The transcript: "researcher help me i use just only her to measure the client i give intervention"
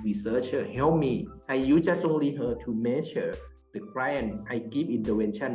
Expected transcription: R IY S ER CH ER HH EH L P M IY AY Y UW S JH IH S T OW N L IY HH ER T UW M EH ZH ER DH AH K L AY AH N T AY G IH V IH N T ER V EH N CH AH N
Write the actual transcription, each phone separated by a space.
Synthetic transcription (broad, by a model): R IY S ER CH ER HH EH L P M IY AY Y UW JH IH S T OW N L IY HH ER T UW M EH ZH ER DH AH K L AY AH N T AY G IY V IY N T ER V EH N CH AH N